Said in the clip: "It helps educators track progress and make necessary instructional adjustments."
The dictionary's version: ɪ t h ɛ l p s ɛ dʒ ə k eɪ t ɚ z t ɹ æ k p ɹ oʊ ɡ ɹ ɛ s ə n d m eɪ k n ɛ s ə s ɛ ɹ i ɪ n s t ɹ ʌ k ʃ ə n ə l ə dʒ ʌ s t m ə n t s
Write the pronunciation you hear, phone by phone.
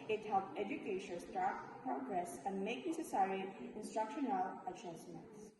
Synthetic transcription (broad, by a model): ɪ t h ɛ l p ɛ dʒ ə k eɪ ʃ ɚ s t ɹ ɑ p ɹ oʊ ɡ ɹ ɛ s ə n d m eɪ k n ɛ s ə s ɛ ɹ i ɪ n s t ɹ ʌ k ʃ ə n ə l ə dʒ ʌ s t m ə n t s